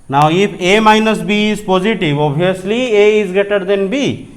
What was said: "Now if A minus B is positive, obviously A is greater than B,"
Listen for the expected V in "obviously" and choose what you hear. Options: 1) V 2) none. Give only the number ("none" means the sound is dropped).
2